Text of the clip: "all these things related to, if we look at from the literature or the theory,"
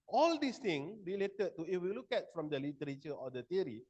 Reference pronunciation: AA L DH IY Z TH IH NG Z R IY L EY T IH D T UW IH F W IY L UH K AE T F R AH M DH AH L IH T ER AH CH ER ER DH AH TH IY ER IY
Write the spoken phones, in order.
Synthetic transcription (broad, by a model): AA L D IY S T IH NG R IY L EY T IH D T UW IH F W IY L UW K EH T F R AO M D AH L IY T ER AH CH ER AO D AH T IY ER IY